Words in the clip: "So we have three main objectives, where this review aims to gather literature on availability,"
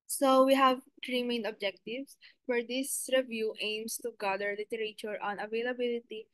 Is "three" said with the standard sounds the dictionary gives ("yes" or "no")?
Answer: no